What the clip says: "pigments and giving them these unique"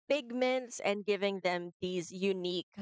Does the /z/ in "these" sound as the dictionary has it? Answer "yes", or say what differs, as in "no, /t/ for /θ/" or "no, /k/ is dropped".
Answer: yes